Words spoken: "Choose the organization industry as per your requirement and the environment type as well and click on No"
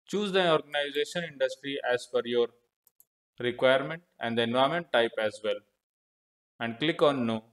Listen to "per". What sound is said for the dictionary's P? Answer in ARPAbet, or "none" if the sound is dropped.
F